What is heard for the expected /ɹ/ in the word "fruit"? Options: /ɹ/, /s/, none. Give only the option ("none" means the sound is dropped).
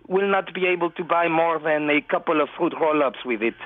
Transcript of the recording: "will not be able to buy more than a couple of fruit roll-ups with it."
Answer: none